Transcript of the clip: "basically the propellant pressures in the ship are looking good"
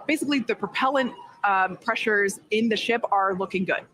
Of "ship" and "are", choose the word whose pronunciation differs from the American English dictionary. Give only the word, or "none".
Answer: none